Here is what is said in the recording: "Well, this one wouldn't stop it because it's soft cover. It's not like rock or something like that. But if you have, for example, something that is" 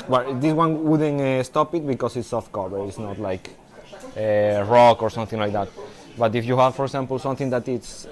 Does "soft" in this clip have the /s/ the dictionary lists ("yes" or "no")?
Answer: yes